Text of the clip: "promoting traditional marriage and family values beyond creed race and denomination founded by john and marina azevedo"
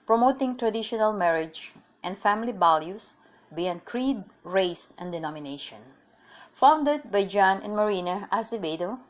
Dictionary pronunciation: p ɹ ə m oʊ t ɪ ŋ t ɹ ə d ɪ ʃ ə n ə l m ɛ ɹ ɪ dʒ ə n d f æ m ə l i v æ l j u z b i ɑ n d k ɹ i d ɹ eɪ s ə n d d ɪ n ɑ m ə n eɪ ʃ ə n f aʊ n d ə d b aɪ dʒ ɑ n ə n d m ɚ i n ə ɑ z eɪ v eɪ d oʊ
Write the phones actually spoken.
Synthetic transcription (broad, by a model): p ɹ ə m oʊ t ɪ ŋ t ɹ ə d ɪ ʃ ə n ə l m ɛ ɹ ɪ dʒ ə n d f æ m ə l i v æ l j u s b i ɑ n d k ɹ i d ɹ eɪ s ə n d d ɪ n ɑ m ə n eɪ ʃ ə n f aʊ n d ə d b aɪ dʒ ɑ n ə n m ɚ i n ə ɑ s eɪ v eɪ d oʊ